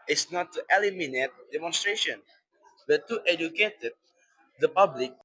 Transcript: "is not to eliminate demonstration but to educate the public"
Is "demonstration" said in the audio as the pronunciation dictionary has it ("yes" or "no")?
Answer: yes